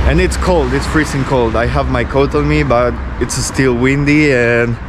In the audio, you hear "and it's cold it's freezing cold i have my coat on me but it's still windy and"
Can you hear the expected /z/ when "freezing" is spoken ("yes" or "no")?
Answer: no